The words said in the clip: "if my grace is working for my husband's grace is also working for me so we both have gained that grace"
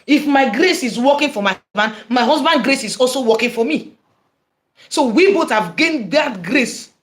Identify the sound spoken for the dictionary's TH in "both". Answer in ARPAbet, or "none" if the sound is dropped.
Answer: T